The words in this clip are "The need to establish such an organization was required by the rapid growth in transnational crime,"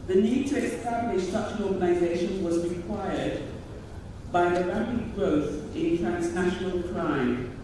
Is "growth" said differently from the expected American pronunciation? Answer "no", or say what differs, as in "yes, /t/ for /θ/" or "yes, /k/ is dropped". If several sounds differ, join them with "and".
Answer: no